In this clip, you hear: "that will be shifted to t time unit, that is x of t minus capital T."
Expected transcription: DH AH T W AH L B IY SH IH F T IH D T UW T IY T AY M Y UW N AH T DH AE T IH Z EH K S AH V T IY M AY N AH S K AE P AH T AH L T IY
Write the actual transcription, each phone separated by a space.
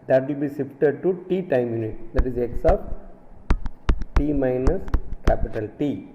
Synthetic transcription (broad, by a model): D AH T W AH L B IY S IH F T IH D T UW T IY T AY M Y UW N AH T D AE T IH Z EH K S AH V T IY M AY N AH S K AE P AH T AH L T IY